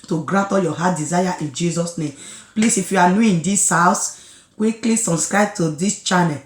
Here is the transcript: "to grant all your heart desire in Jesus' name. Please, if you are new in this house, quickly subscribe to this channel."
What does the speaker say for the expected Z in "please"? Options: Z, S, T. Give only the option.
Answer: S